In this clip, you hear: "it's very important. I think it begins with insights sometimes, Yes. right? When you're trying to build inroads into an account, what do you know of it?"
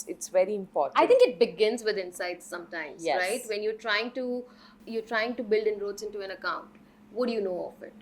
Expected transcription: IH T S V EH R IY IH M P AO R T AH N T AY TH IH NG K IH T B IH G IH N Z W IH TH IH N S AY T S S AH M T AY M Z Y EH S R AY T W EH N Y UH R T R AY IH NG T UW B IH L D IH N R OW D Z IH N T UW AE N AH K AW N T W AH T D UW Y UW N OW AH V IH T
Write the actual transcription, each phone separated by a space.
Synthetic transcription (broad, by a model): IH T S V EH R IY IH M P AO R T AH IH T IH NG K IH T B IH G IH N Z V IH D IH N S AY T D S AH M T AY M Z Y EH R AY T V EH N Y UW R T R AY IH NG T UW B IH L D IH N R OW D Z IH N T UW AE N AH K AW N T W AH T D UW Y UW N OW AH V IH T